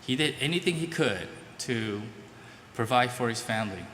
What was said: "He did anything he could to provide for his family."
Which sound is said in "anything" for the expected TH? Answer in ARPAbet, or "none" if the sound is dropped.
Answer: TH